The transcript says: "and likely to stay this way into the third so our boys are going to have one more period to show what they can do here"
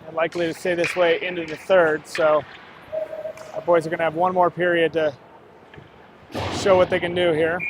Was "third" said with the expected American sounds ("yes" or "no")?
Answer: yes